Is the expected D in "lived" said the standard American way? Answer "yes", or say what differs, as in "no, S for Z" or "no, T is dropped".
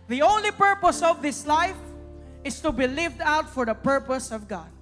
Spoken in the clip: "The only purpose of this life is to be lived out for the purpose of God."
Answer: yes